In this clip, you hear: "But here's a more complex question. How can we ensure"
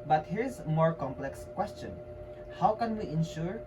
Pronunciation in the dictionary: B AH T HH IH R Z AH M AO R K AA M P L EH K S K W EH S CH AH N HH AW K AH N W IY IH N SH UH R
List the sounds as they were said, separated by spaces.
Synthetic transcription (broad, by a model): B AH T HH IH R AH M AO R K AA M P L EH K S K W EH S CH AH N HH AW K AH N W IY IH N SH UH R